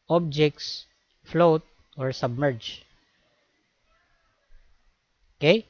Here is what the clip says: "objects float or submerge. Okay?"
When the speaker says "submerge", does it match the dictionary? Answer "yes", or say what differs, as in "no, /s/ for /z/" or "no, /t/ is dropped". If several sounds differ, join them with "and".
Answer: yes